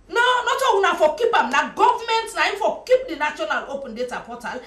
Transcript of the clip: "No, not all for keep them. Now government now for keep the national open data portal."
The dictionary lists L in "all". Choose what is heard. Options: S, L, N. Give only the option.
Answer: N